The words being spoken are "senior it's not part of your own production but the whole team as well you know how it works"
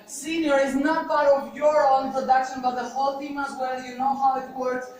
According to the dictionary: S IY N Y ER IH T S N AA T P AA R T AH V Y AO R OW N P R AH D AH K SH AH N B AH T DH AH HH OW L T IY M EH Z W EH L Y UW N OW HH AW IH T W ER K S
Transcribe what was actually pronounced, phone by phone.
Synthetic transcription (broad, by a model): S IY N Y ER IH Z N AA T B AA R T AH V Y AO R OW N P R AH D AH K SH AH N B AH T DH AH HH OW L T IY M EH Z W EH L Y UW N OW HH AW IH T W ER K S